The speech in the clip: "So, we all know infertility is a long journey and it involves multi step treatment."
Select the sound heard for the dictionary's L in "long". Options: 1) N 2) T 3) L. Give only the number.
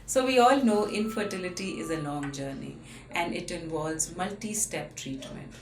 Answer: 1